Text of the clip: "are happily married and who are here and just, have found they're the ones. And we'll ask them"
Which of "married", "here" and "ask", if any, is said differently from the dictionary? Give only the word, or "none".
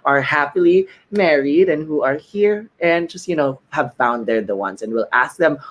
none